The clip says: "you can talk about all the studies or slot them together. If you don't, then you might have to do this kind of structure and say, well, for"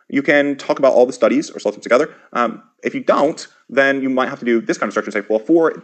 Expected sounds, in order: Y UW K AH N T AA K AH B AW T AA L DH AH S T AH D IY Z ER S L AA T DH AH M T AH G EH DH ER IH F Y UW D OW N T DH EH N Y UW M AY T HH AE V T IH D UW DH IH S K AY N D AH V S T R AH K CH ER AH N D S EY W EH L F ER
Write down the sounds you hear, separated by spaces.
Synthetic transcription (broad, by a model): Y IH K AH N T AA K AH B AW T AA L DH AH S T AH D IY Z ER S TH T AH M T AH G EH DH ER IH F Y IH D OW N T DH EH N Y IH M AY T HH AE F T IH D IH DH IH S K AY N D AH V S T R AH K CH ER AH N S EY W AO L F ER